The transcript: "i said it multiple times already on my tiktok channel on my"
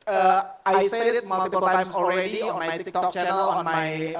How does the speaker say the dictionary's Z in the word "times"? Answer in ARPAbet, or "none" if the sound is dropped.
none